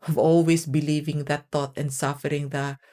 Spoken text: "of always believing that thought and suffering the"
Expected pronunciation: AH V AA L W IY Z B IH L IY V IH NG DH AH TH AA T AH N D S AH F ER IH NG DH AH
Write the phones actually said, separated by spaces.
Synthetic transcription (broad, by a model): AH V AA L W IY S B IH L IY V IH NG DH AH T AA T AH N D S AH F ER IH NG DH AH